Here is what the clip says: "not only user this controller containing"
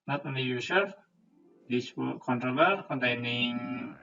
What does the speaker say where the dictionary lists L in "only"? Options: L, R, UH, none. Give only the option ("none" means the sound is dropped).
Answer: none